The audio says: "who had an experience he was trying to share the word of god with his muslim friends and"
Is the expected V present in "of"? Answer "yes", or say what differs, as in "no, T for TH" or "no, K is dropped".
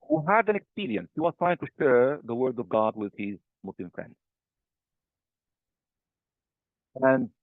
yes